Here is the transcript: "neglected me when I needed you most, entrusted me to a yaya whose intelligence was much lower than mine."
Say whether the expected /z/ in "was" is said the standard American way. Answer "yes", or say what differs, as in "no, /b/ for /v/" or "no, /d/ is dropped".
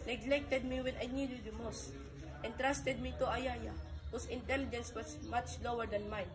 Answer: no, /s/ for /z/